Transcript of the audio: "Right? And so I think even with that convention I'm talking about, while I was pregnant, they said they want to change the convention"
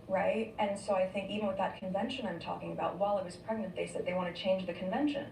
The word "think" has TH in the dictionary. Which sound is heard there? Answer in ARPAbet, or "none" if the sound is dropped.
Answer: TH